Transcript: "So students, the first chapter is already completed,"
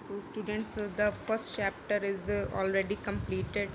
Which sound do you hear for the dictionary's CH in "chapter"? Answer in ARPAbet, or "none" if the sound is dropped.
CH